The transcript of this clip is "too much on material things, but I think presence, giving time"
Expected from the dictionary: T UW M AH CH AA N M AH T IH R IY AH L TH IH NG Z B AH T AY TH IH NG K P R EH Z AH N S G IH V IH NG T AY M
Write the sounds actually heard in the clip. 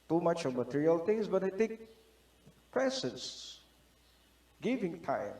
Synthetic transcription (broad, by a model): T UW M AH CH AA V M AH T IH R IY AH L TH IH NG S B AH T AY T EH K P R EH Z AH N S G IH V IH NG T AY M